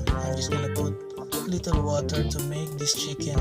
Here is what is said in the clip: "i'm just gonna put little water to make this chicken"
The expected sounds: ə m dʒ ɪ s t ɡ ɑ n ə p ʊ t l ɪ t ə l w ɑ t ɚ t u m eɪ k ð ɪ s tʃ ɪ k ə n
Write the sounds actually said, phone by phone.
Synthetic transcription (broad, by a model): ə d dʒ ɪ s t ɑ l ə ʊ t l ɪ t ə l w ɑ t ɚ t u m eɪ k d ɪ s tʃ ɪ k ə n